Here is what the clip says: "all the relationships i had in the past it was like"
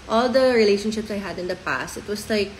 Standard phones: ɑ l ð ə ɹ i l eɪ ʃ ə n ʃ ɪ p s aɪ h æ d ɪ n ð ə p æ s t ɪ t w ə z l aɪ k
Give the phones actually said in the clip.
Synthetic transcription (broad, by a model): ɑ l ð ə ɹ i l eɪ ʃ ə n ʃ ɪ p s aɪ h æ d ɪ n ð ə p æ s t ɪ t w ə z l aɪ k